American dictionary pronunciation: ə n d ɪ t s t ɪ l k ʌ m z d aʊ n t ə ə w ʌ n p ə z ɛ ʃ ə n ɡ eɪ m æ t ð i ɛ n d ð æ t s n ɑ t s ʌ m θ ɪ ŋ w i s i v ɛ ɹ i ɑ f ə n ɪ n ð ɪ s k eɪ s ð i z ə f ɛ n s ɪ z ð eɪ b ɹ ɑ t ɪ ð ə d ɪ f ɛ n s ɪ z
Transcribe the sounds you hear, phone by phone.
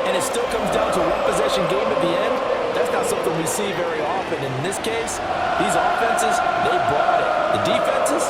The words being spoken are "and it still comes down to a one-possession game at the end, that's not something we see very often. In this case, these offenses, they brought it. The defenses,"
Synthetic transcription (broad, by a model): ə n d ɪ t s t ɪ l k ʌ m z d aʊ n t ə ə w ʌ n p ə z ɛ ʃ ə n ɡ eɪ m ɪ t ð i ɛ n d ð æ t s n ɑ t s ʌ m θ ɪ ŋ w i s i v ɛ ɹ i ɑ f ə n ɪ n ð ɪ s k eɪ s ð i z ə f ɛ n s ɪ z ð eɪ b ɹ ɑ t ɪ ð ə d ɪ f ɛ n s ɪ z